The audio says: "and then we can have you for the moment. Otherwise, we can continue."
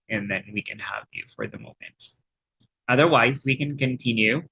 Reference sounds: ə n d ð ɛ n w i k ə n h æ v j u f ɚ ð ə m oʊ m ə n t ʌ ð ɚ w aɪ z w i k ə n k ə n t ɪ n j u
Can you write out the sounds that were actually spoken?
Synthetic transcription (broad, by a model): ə n ð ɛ n w i k ə n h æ v j u f ɚ ð ə m oʊ m ə n t ʌ ð ɚ w aɪ z w i k ə n k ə n t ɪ n j u